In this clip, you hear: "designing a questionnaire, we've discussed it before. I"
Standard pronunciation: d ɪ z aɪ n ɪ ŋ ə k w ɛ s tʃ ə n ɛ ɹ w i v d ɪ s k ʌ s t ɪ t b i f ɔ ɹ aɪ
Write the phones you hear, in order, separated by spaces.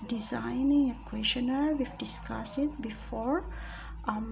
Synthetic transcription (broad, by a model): d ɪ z aɪ n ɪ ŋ ə k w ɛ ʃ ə n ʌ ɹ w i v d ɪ s k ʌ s ɪ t b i f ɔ ɹ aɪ